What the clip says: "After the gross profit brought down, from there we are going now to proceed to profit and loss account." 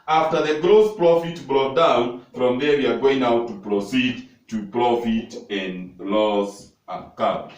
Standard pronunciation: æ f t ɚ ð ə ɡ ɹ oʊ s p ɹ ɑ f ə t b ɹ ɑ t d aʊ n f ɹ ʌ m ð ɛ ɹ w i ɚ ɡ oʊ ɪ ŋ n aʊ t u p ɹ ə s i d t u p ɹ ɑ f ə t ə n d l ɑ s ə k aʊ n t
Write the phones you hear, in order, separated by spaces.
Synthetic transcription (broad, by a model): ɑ f t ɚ ð ə ɡ ɹ oʊ s p ɹ ɑ f ə t b ɹ ɑ t d aʊ n f ɹ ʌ m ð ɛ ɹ w i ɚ ɡ oʊ ɪ ŋ aʊ t u p ɹ ə s i d t u p ɹ ɑ f ə t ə n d l ɑ s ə k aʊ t